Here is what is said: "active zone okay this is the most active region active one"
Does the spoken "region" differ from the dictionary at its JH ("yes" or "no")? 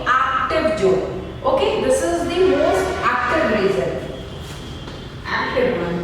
yes